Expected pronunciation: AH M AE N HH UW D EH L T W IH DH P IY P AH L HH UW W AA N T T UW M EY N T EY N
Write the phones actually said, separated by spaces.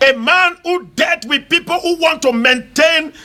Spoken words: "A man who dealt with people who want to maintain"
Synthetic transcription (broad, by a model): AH M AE N HH UW D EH T W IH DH P IY P AH L HH UW W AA N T T UW M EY N T EY N